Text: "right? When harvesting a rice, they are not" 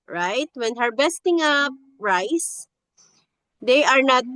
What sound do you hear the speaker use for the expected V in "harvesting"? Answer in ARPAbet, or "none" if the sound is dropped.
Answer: B